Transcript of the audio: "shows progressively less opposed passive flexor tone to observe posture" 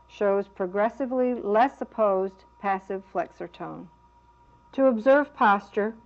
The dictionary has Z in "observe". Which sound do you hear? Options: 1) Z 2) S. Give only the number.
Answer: 1